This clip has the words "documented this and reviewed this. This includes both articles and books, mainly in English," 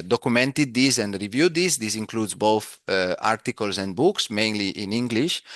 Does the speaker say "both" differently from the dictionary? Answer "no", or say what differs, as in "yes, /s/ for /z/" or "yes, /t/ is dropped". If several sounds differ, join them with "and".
no